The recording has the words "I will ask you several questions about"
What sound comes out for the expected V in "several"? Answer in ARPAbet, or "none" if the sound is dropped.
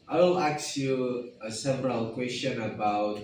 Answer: P